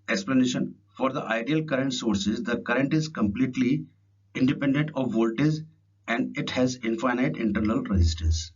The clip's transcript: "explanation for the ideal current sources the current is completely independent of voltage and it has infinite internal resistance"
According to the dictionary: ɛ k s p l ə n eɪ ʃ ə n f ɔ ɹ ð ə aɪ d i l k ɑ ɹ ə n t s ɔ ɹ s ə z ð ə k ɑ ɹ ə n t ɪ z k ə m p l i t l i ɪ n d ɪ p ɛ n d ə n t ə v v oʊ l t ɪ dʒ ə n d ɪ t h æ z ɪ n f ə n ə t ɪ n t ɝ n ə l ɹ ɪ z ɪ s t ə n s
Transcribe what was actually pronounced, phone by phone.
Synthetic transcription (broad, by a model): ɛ k s p l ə n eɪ ʃ ə n f ɔ ɹ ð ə aɪ d i l k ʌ ɹ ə n t s ɔ ɹ s ə z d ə k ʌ ɹ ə n t ɪ z k ə m p l i t l i ɪ n d ɪ p ɛ n d ə n t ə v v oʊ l t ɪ z ə n d ɪ t h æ z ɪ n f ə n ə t ɪ n t ɝ n ə l ɹ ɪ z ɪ s t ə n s